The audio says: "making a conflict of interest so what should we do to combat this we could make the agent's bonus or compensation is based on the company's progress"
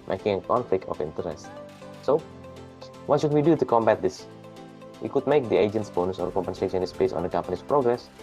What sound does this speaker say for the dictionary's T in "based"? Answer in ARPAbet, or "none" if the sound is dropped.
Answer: none